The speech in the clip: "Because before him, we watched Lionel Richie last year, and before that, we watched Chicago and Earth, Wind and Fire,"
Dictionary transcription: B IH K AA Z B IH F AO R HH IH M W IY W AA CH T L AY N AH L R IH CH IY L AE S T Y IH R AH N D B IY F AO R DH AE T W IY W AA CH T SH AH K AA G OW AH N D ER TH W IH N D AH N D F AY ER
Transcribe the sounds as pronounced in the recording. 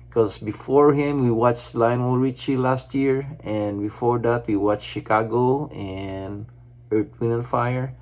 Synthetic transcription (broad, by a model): K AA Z B IH F AO R HH IH M W IY W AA CH L AY N AH L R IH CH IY L AE S T Y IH R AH N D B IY F AO R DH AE T W IY W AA CH SH AH K AA G OW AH N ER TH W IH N AH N F AY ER